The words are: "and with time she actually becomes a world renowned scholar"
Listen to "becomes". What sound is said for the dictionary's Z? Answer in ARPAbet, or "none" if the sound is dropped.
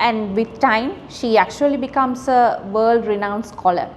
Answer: S